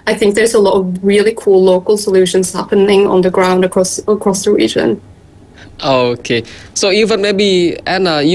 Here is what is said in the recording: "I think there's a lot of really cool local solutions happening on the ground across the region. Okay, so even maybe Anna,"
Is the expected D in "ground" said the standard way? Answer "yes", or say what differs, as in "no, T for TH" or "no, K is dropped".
yes